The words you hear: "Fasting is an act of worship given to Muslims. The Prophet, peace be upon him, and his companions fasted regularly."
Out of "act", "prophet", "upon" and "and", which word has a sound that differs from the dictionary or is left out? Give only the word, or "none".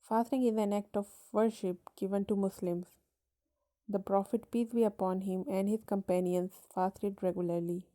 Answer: none